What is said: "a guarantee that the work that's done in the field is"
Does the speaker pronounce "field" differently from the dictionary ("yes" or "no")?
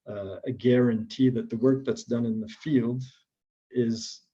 no